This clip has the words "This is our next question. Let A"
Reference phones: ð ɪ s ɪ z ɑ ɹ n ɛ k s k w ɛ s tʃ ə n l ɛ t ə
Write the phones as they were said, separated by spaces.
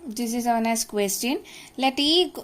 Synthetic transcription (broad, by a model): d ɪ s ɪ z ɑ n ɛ s k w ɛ s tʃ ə n l ɛ t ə